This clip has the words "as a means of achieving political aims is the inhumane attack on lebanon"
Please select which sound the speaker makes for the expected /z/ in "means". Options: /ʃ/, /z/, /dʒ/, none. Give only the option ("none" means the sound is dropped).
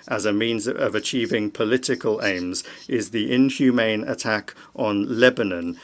/z/